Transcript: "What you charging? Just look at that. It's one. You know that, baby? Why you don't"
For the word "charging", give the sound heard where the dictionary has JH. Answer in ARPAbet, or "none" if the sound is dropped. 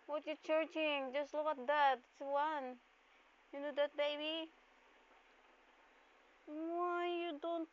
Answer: CH